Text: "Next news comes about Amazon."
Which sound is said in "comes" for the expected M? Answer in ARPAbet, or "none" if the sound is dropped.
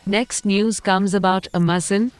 M